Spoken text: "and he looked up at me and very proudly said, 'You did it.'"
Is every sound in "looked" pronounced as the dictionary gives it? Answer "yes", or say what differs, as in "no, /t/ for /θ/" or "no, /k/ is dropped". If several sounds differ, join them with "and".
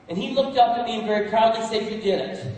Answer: yes